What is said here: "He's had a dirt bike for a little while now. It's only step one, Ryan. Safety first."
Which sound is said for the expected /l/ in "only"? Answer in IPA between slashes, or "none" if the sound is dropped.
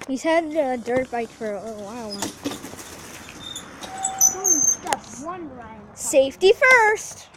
none